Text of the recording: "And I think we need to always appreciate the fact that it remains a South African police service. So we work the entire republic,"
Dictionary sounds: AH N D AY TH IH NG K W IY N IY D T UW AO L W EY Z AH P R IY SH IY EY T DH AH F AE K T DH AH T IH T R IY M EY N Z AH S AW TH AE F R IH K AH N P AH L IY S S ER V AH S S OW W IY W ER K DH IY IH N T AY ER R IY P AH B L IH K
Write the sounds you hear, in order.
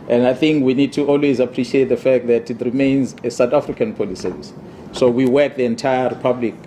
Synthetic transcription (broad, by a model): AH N D AY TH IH NG K W IY N IY D T UW AO L W EY Z AH P R IY SH IY EY T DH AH F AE K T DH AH T IH T R IY M EY N Z AH S AW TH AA F R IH K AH N P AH L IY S S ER V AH S S OW W IY W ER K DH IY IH N T AY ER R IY P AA B L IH K